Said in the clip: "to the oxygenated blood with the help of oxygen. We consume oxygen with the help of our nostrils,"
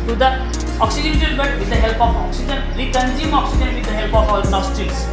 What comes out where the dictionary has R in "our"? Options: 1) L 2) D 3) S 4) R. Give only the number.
1